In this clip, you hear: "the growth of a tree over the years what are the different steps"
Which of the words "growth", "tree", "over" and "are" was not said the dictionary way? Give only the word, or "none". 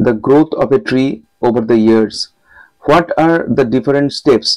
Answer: growth